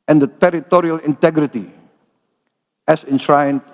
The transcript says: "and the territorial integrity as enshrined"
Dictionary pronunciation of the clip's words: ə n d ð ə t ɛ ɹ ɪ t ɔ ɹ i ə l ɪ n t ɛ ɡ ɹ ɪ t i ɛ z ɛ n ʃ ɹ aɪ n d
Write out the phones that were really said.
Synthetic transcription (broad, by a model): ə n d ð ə t ɛ ɹ ɪ t ɔ ɹ i ə l ɪ n t ɛ ɡ ɹ ɪ t i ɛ s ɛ n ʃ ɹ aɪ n